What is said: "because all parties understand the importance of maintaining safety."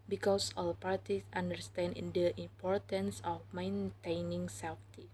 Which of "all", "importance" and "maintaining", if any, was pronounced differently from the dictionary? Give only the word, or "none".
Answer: none